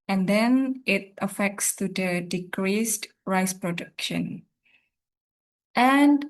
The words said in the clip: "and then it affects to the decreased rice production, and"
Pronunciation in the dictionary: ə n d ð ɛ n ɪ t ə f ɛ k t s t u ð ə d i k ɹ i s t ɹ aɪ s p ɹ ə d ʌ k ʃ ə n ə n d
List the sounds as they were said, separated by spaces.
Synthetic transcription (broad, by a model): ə n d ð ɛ n ɪ t ə f ɛ k t s t u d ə d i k ɹ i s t ɹ aɪ s p ɹ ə d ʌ k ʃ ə n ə n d